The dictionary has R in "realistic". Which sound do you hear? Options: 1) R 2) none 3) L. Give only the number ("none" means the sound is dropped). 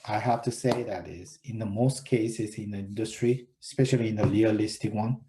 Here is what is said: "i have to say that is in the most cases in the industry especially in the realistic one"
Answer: 3